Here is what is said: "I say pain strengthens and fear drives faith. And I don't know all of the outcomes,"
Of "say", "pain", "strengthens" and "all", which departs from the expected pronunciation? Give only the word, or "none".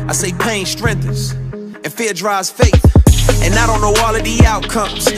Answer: strengthens